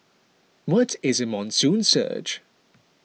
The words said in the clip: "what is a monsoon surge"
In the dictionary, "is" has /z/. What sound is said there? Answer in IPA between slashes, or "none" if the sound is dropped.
/z/